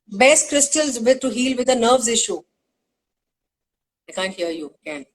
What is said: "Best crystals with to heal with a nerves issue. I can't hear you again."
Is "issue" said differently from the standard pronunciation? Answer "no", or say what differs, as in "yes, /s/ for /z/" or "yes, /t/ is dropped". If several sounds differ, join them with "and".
no